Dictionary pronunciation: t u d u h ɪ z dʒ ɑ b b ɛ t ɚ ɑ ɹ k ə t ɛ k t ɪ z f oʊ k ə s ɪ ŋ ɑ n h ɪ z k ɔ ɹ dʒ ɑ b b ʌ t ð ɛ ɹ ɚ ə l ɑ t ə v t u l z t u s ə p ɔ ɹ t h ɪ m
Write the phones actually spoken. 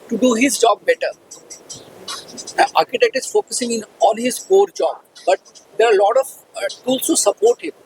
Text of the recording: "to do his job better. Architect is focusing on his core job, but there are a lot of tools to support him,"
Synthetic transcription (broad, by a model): t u d u h ɪ z dʒ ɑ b b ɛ t ɚ ɑ ɹ k ə t ɛ k t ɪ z f oʊ k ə s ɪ ŋ ɑ l h ɪ z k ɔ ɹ dʒ ɑ b b ʌ t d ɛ ɹ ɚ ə l ɑ t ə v t u l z t u s ə p ɔ ɹ t h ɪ m